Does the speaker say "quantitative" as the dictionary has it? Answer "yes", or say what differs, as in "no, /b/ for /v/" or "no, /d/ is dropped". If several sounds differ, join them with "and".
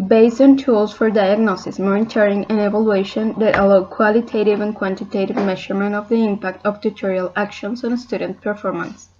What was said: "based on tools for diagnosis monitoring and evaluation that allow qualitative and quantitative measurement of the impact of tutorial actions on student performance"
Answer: yes